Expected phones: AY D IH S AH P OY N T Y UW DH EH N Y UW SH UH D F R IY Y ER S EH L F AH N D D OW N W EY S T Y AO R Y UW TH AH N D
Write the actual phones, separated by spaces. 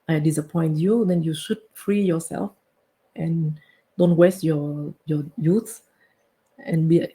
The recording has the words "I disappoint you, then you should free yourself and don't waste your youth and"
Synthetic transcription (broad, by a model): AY D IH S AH P OY N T Y UW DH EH N Y UW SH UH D F R IY Y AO S EH L F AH N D D OW N W EY S T Y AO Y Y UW S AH N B